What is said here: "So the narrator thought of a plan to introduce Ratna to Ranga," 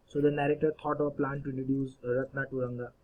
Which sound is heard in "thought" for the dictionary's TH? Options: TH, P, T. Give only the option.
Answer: T